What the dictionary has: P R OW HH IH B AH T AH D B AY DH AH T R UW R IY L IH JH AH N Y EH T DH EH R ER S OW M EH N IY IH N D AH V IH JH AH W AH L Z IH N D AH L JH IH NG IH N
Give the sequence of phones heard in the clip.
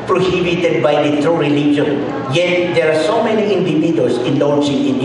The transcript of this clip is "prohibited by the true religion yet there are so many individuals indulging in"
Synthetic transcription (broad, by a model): P R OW HH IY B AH T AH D B AY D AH T R UW R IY L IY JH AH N Y EH T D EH R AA S OW M EH N IY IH N D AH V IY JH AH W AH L S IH N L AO JH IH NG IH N